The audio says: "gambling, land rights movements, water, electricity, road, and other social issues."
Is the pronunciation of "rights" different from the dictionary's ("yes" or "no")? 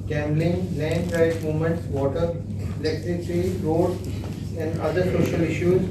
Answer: yes